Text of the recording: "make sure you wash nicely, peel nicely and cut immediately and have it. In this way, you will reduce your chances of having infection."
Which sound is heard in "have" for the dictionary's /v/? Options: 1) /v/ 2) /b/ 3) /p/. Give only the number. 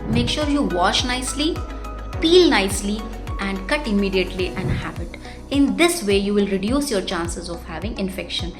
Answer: 2